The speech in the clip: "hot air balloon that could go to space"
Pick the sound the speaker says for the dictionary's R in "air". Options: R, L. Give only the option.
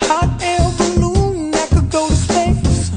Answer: L